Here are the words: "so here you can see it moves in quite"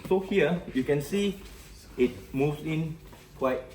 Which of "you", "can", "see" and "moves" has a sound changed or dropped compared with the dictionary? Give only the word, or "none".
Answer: moves